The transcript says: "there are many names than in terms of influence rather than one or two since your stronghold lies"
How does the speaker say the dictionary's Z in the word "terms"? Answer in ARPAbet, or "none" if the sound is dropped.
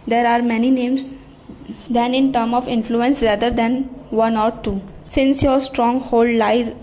none